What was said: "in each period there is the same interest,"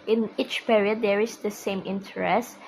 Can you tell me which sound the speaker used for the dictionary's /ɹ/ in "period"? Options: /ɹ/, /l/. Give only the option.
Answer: /ɹ/